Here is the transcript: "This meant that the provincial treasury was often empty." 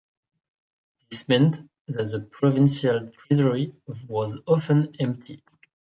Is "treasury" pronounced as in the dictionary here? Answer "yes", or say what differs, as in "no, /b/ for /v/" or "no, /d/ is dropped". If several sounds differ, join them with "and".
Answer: no, /z/ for /ʒ/